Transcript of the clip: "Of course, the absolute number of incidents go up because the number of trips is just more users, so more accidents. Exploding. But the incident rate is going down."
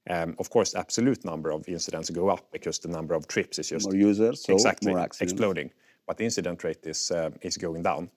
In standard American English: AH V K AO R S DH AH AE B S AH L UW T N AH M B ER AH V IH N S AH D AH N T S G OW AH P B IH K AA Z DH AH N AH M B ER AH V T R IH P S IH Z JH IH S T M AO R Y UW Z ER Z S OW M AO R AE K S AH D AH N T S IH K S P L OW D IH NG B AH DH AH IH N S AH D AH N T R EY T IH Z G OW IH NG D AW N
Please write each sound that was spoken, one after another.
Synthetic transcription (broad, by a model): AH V K AO R S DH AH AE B S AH L UW T N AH M B ER AH V IH N S AH D AH N T S G OW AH P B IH K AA S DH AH N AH M B ER AH V T R IH P S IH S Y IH S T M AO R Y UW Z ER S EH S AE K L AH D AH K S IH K S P L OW D IH NG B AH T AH IH N S AH D AH N T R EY T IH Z G OW IH NG D AW N